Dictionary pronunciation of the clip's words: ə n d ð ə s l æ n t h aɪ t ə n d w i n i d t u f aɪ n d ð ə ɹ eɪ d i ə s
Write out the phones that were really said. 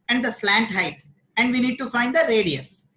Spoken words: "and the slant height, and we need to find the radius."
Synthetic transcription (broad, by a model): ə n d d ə s l æ n t h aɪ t ə n d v i n i d t u f aɪ n d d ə ɹ eɪ d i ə s